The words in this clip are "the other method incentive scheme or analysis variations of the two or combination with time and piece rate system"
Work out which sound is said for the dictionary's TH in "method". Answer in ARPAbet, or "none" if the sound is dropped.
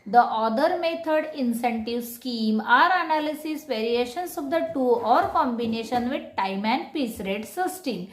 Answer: T